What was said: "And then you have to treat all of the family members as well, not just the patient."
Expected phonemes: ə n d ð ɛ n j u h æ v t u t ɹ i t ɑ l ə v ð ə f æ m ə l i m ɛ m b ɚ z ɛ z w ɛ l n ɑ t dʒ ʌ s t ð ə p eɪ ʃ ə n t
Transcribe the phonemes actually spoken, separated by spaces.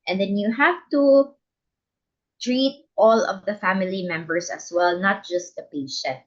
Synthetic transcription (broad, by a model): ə n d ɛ n j u h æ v t u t ɹ i t ɑ l ə v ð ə f æ m ə l i m ɛ m b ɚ s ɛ s w ɛ l n ɑ t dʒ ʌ s t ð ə p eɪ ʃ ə n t